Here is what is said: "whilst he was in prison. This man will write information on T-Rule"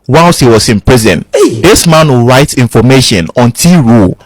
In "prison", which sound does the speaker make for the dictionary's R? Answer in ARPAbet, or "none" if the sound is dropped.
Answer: R